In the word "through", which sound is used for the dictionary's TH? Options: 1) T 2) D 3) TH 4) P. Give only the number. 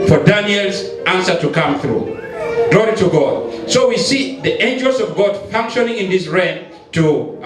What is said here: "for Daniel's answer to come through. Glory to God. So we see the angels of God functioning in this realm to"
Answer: 3